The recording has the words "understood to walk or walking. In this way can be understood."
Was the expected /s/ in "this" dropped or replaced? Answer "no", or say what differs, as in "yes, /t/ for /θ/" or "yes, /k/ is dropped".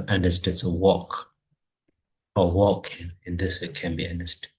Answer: no